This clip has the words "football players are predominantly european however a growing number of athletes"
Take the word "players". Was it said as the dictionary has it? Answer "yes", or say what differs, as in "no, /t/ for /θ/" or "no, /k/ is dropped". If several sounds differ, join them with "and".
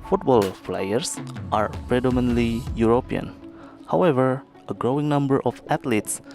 no, /f/ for /p/